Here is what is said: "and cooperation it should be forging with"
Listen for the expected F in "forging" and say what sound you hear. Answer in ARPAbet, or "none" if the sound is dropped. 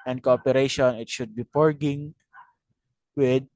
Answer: P